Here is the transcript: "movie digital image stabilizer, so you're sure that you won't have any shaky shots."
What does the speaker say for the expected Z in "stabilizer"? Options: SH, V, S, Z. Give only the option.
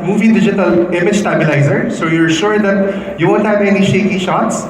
Z